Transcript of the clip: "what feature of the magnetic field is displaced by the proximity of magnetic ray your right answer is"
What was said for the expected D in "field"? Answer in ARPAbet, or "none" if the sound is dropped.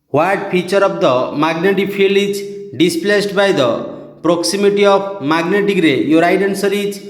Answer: none